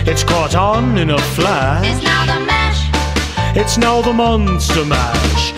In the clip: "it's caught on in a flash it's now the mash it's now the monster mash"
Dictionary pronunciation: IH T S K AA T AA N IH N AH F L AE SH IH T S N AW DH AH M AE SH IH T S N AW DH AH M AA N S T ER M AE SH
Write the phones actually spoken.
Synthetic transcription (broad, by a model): IH T S K AA T N IH N AH F L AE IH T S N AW DH AH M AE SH IH T S N AW DH AH M AA N S T ER M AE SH